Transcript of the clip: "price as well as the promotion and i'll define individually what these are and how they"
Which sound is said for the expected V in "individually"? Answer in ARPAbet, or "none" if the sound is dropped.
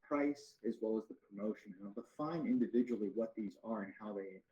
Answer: V